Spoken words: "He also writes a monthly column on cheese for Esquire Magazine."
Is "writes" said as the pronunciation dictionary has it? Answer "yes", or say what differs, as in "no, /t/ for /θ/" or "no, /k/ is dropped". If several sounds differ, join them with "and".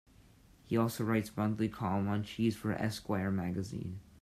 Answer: yes